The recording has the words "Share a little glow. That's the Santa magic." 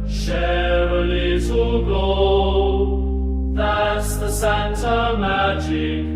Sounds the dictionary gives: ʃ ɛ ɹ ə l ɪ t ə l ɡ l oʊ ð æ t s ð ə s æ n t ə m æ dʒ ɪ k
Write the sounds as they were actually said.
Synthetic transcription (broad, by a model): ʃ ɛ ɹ ə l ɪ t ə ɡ oʊ ð æ t s ð ə s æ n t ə m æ dʒ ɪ k